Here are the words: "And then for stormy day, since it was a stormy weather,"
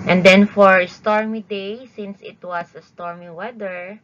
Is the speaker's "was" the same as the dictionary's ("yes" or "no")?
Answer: no